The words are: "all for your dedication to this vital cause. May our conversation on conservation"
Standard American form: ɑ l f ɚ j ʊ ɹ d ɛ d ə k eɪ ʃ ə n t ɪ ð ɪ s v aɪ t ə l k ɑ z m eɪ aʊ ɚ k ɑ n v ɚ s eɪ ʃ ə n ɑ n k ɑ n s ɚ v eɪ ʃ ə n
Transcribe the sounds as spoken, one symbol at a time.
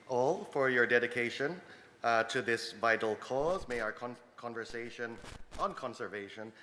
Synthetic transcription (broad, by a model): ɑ l f ɚ j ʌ ɹ d ɛ d ə k eɪ ʃ ə n t ɪ ð ɪ s v aɪ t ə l k ɑ z m eɪ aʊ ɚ k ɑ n v ɚ s eɪ ʃ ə n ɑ n k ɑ n s ɚ v eɪ ʃ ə n